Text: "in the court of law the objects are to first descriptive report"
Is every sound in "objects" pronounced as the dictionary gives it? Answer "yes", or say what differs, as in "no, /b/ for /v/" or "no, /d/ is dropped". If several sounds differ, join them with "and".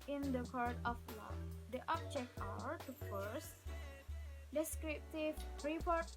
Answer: no, /s/ is dropped